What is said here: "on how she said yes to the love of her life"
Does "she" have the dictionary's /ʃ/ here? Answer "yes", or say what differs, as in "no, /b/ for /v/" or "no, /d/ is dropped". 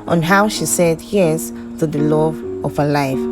yes